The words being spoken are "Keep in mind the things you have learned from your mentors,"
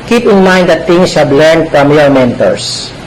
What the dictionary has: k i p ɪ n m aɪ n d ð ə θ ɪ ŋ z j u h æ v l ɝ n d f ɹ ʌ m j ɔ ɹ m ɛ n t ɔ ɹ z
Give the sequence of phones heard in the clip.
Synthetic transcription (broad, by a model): k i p ɪ n m aɪ n d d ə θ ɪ ŋ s h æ b l ɝ n d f ɹ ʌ m j ɔ ɹ m ɛ n t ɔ ɹ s